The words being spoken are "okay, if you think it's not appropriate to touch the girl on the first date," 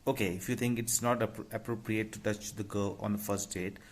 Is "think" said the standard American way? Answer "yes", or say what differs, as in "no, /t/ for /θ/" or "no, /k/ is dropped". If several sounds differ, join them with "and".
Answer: no, /t/ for /θ/